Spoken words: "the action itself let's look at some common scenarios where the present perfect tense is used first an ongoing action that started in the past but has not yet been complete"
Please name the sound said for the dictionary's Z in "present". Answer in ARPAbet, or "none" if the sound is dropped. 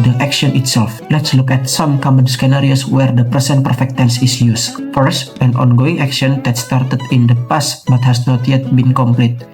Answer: S